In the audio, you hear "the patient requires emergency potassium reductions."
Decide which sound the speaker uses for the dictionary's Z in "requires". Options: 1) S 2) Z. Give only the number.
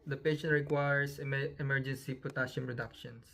1